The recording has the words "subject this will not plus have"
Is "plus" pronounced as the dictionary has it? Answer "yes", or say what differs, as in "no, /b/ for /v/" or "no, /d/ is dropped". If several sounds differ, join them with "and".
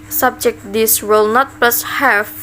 yes